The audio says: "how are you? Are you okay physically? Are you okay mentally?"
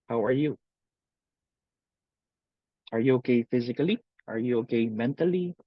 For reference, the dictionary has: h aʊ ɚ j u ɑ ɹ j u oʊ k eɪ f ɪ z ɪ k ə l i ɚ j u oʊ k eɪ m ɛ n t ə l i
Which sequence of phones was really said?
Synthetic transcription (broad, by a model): h aʊ ɚ j u ɑ ɹ j u oʊ k eɪ f ɪ z ɪ k ə l i ɚ j u oʊ k eɪ m ɛ n t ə l i